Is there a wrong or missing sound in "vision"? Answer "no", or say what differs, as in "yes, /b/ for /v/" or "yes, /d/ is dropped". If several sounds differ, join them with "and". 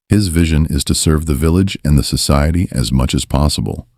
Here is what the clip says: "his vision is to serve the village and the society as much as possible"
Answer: no